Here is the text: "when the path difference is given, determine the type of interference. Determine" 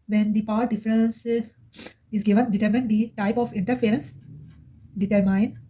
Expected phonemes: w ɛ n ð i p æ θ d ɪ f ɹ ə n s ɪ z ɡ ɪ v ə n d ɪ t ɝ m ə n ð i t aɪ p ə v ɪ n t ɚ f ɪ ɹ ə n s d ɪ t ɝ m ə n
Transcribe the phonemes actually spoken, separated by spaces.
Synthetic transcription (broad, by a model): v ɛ n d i p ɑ t d ɪ f ɹ ə n s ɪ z ɡ ɪ v ə n d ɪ t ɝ m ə n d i t aɪ p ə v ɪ n t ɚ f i ɹ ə n s d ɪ t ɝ m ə n